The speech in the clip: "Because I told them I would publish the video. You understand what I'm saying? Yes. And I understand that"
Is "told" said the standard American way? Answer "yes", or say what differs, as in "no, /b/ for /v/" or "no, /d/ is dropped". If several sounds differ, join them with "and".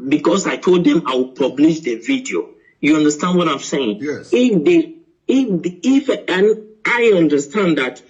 yes